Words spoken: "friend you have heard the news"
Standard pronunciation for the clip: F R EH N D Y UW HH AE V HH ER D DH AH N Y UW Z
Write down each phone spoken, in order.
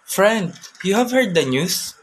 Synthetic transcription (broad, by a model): F R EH N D Y UW HH AE V HH ER D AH N Y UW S